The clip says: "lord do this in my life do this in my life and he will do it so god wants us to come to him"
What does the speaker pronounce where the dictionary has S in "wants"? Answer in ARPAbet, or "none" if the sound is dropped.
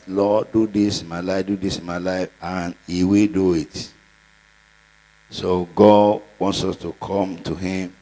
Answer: S